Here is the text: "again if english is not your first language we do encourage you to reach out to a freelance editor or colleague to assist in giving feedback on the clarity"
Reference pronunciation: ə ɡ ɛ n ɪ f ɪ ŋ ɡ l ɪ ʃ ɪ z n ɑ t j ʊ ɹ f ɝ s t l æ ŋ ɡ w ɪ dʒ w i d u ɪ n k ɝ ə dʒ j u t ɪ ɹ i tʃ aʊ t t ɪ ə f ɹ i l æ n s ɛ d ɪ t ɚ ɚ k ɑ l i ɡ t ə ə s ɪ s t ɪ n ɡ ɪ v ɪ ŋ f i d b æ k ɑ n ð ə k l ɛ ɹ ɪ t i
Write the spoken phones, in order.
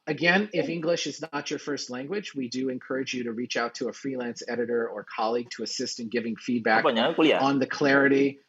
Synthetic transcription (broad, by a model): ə ɡ ɛ n ɪ f ɪ ŋ ɡ l ɪ ʃ ɪ z n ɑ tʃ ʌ ɹ f ɝ s t l æ ŋ ɡ w ɪ dʒ w i d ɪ ɪ n k ɝ ə dʒ j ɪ t ɪ ɹ i tʃ aʊ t t ɪ ə f ɹ i l æ n s ɛ d ɪ t ɚ ɚ k ɑ l i ɡ t ə ə s ɪ s t ɪ n ɡ ɪ v ɪ ŋ f i d b æ k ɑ n ð ə k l ɛ ɹ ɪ t i